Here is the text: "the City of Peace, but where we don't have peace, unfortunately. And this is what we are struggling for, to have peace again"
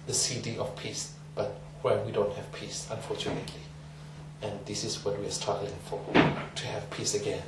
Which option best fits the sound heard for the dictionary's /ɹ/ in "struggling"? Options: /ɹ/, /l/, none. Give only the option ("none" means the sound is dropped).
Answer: none